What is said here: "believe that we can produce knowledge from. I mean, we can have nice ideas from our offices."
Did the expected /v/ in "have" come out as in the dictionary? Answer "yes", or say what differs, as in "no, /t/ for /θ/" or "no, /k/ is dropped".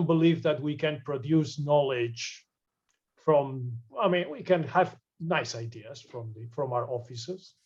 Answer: yes